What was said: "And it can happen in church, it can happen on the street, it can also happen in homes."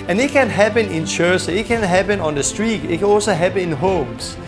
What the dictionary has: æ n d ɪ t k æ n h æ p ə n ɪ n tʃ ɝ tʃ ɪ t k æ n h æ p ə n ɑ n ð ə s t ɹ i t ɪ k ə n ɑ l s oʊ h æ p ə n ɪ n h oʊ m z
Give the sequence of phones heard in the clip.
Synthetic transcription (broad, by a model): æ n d ɪ t k æ n h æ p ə n ɪ n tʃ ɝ s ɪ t k æ n h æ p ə n ɑ n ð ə s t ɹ i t ɪ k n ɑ s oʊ h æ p ɪ n h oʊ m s